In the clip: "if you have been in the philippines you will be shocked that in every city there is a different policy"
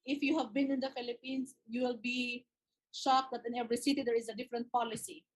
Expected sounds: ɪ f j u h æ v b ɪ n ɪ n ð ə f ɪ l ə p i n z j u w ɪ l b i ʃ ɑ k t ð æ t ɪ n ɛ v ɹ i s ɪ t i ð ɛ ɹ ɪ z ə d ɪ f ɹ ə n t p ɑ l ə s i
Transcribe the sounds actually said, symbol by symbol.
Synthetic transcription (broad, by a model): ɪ f j u h æ v b ɪ n ɪ n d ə f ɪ l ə p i n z j u w ɪ l b i ʃ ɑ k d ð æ t ɪ n ɛ v ɹ i s ɪ t i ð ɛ ɹ ɪ z ə d ɪ f ɹ ə n t p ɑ l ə s i